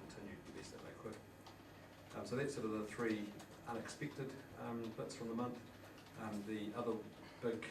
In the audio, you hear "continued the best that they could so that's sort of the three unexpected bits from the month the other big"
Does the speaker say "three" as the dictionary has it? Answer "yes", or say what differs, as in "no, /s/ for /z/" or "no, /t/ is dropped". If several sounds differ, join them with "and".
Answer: yes